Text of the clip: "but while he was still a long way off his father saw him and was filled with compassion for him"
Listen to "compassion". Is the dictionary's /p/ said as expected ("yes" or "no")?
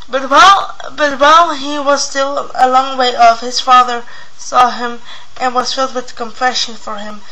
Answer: no